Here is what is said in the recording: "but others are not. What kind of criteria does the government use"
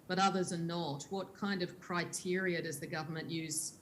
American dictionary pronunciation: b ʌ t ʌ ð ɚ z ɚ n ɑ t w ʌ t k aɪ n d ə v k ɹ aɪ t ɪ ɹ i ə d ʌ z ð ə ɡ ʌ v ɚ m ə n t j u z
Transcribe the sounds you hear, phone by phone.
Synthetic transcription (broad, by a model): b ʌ t ʌ ð ɚ z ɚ n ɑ t w ʌ t k aɪ n d ə v k ɹ aɪ t ɪ ɹ i ə d ʌ z ð ə ɡ ʌ v ɚ m ə n t j u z